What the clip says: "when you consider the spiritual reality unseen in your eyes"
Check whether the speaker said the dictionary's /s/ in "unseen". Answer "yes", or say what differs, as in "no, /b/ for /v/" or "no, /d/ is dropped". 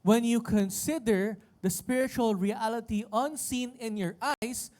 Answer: yes